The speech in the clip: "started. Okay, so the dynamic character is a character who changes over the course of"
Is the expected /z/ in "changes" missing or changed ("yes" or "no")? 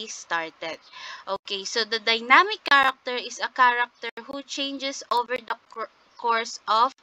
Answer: yes